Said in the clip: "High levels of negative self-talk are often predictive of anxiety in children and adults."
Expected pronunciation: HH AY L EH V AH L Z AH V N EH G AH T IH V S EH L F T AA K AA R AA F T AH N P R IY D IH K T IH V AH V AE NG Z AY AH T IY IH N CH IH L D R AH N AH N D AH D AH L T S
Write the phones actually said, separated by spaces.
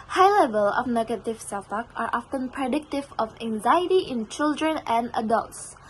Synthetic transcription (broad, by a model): HH AY L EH V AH L AH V N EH G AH T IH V S EH L F T AA K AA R AA F T AH N P R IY D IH K T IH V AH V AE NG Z AY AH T IY IH N CH IH L D R AH N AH N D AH D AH L T S